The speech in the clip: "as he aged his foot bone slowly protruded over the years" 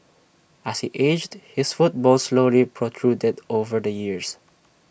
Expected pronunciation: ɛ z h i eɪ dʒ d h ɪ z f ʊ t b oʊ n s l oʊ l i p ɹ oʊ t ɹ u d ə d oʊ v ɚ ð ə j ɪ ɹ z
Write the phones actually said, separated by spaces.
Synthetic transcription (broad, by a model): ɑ s h i eɪ dʒ d h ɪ s f ʊ t b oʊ l s l oʊ l i p ɹ oʊ t ɹ u d ə d oʊ v ɚ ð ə j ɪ ɹ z